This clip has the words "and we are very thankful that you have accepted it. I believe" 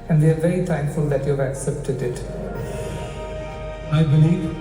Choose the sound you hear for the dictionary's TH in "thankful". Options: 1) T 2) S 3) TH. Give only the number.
1